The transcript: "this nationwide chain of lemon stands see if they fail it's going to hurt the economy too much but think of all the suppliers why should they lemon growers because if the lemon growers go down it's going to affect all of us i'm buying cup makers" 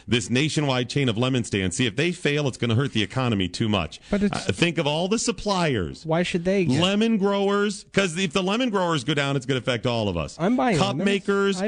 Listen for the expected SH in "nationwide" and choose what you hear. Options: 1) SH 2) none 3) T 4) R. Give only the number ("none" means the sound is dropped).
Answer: 1